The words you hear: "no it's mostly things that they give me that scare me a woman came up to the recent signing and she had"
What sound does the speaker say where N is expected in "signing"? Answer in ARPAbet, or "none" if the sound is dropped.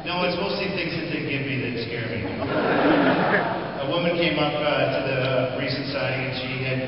none